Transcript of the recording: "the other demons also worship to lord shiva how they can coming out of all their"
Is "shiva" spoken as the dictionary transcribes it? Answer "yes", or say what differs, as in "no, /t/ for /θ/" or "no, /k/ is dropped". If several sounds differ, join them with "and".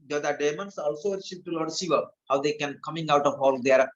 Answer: no, /s/ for /ʃ/